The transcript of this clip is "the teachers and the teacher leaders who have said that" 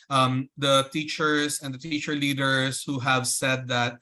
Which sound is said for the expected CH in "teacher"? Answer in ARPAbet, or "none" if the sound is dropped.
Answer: CH